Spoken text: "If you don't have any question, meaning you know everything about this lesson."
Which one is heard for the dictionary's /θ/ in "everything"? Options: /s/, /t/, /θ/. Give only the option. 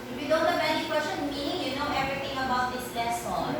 /t/